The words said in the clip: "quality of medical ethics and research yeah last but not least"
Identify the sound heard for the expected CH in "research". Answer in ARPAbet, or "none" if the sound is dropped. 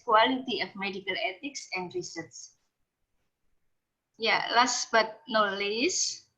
S